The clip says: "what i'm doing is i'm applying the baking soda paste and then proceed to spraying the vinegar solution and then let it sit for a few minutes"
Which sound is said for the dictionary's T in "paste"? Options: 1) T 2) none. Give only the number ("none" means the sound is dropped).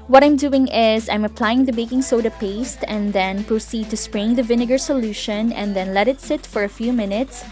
1